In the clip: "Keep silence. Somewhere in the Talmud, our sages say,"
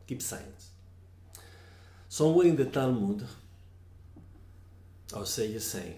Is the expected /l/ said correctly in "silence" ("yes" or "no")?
no